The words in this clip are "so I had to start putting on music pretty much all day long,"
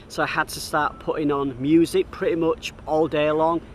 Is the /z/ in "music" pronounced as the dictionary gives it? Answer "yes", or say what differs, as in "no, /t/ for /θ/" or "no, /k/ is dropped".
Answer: yes